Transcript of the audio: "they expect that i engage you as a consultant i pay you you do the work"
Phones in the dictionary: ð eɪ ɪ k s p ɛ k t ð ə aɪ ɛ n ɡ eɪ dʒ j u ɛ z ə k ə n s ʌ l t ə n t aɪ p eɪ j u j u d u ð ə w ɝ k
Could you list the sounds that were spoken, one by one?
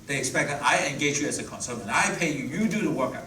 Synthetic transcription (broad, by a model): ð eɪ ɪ k s p ɛ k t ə aɪ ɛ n ɡ eɪ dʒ j u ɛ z ə k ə n s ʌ t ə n aɪ p eɪ j u j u d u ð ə w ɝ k